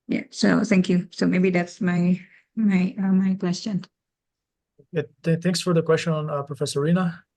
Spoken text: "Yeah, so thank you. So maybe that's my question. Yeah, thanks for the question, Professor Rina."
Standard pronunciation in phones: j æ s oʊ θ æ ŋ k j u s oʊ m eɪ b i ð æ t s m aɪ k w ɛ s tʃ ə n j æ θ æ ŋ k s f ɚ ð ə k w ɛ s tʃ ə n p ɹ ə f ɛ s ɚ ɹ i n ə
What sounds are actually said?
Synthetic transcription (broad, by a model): j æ s oʊ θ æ ŋ k j u s oʊ m eɪ b i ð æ t s m aɪ k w ɛ s tʃ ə n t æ θ æ ŋ k s f ɚ ð ə k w ɛ s tʃ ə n p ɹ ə f ɛ s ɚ ɹ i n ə